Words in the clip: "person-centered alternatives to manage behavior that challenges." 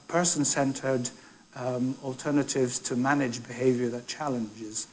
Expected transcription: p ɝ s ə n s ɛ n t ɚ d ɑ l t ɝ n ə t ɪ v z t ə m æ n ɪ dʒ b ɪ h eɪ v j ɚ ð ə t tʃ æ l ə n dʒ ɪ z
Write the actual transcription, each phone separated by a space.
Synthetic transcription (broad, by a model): p ɝ s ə n s ɛ n t ɚ d ɑ l t ɝ n ə t ɪ v z t ə m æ n ɪ dʒ b ɪ h eɪ v j ɚ ð ə t tʃ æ l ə n dʒ ɪ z